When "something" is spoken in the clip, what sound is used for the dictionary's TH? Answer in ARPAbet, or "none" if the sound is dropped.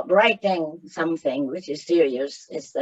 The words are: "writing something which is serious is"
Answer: TH